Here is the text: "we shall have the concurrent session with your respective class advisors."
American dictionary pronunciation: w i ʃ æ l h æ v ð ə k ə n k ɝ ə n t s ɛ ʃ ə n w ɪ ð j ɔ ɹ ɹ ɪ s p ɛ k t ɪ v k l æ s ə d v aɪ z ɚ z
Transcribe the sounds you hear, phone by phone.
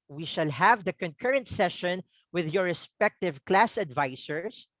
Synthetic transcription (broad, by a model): w i ʃ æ l h æ v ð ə k ə n k ɝ ə n t s ɛ ʃ ə n w ɪ ð j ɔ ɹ ɹ ɪ s p ɛ k t ɪ v k l æ s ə d v aɪ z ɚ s